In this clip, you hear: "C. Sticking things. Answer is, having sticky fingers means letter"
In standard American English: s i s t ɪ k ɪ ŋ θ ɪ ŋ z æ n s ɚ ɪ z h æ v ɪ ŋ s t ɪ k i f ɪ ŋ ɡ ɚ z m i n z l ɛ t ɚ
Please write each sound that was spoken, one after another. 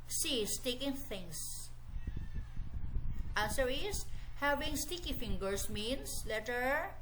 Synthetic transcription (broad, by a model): s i s t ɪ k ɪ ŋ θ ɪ ŋ s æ n s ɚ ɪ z h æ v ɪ ŋ s t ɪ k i f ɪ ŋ ɡ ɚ s m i n s l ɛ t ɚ